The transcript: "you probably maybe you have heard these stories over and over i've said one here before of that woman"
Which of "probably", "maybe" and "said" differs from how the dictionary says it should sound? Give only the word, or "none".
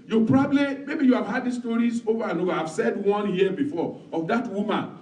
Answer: none